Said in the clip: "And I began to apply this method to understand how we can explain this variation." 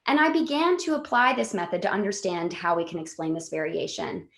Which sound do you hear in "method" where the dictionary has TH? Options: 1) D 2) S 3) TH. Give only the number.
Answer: 3